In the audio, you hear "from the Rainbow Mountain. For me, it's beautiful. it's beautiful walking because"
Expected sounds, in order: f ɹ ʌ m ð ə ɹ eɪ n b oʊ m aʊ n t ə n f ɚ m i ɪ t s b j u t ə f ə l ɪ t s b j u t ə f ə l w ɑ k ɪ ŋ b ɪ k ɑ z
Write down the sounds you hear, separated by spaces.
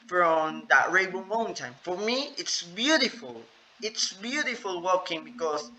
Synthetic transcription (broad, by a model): f ɹ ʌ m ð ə ɹ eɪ b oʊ m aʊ n t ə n f ɚ m i ɪ t s b j u t ə f ə l ɪ t s b j u t ə f ə l w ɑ k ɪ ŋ b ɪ k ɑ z